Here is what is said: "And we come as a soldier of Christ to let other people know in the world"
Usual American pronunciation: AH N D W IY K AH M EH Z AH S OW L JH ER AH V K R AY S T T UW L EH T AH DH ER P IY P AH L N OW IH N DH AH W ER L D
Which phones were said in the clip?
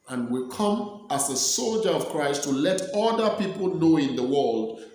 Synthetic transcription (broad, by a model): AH N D W IY K AH M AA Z AH S OW L JH ER AH V K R AY S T T UW L EH T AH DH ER P IY P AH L N OW IH N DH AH W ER L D